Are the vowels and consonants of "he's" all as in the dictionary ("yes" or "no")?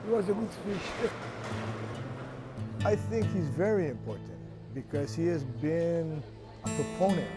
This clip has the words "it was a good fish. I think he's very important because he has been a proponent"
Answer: yes